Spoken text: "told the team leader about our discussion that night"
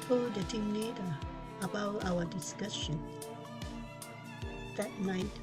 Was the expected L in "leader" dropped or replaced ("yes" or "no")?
yes